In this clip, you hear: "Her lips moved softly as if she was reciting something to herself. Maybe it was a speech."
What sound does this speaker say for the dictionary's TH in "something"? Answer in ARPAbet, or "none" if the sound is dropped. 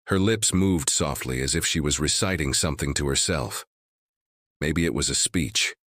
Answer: TH